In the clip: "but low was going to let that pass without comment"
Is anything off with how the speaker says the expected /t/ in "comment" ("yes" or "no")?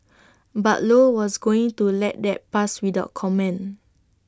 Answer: yes